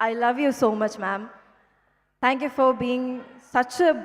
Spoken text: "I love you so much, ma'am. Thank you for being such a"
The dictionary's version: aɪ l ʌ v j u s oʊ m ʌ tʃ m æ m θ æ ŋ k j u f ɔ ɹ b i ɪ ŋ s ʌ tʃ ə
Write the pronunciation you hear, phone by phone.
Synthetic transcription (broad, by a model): aɪ l ʌ v j u s oʊ m ʌ tʃ m æ m t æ ŋ k j u f ɔ ɹ b i ɪ ŋ s ʌ tʃ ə